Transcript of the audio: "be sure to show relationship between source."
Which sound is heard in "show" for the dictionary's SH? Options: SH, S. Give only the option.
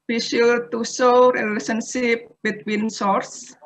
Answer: S